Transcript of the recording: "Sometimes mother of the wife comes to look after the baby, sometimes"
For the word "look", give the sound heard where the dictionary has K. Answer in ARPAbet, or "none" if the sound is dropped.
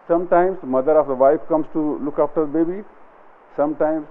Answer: K